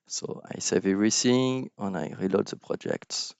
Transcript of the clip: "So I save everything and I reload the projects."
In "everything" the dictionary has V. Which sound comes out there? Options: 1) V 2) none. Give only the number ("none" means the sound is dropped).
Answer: 2